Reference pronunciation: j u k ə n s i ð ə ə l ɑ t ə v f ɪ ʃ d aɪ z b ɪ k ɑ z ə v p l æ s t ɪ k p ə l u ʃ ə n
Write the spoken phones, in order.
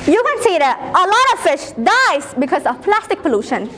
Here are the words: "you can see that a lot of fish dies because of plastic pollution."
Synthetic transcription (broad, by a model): j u k ə n s i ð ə ə l ɑ t ə v f ɪ ʃ d aɪ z b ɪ k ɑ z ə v p l æ s t ɪ k p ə l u ʃ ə n